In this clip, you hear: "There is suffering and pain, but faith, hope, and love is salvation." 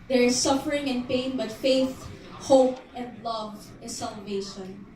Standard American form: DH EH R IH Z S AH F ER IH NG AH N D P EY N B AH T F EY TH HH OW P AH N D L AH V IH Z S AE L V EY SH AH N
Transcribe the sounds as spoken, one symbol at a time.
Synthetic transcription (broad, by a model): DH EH R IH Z S AH F ER IH NG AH N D P EY N B AH T F EY TH HH OW P AH N D L AH V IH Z S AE L V EY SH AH N